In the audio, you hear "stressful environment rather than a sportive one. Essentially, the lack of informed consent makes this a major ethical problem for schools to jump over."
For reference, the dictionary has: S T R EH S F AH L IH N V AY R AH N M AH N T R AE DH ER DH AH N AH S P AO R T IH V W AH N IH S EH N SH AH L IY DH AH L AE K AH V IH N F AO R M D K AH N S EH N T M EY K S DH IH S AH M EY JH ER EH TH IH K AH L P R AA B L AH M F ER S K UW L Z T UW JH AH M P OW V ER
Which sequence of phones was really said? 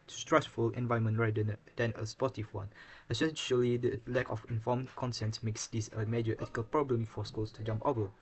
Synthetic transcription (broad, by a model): S T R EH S F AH L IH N V AY AH M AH N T R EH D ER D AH N AH S P AO T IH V W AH N IH S EH N SH AH L IY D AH L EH K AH F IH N F AO M K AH N S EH N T M EY K S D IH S AH M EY JH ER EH T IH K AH L P R AA B L AH M F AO S K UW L S T UW JH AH M P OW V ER